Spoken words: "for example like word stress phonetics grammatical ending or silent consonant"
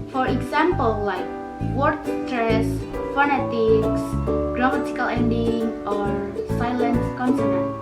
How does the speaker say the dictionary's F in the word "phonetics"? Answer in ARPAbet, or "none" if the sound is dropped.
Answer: F